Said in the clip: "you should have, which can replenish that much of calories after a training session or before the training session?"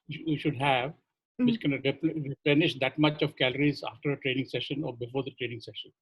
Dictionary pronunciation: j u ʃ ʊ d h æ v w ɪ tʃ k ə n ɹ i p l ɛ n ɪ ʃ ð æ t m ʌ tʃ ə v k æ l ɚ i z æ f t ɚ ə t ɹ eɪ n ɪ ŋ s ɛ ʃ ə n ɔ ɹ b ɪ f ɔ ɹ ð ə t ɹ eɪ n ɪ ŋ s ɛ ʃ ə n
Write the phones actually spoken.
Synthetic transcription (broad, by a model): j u ʃ ʊ d h æ v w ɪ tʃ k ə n ɹ i p l ɛ n ɪ ʃ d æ t m ʌ tʃ ə v k æ l ɚ i z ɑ f t ɚ ə t ɹ eɪ n ɪ ŋ s ɛ ʃ ə n ɔ ɹ b ɪ f ɔ ɹ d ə t ɹ eɪ n ɪ ŋ s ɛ ʃ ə n